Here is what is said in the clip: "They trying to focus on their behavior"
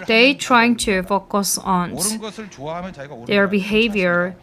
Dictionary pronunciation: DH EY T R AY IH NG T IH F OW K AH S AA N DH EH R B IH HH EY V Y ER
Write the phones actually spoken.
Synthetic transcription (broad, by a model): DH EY T R AY IH NG T IH F OW K AH S AA N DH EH R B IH HH EY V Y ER